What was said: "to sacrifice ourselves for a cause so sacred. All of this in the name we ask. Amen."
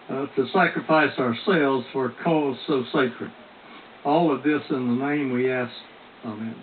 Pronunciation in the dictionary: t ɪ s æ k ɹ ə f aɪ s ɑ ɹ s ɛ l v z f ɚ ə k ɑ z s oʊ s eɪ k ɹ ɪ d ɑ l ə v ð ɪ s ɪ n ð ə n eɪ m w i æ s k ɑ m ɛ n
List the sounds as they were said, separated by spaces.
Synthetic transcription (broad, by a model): t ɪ s æ k ɹ ə f aɪ s ɑ ɹ s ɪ l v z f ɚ k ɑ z s oʊ s eɪ k ɹ ɪ d ɑ l ə v ð ɪ s ɪ n ð ə n eɪ m w i æ s k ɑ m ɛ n